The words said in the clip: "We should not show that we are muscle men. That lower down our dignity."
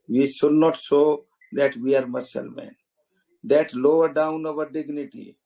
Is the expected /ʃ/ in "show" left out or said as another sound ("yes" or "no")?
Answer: yes